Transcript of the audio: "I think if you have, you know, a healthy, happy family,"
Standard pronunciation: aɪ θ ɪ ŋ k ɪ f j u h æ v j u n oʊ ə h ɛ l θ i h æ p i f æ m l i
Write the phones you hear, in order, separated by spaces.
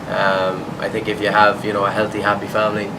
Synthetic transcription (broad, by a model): aɪ θ ɪ ŋ k ɪ f j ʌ v j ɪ n oʊ ə h ɛ l θ i h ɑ p i f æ m l i